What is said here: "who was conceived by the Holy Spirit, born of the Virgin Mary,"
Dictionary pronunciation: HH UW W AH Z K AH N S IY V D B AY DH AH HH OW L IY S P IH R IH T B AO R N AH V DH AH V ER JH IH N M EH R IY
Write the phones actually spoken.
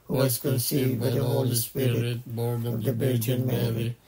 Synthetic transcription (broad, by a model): HH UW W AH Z K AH N S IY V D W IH DH AH HH OW L IY S P IH R IH T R AH V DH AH B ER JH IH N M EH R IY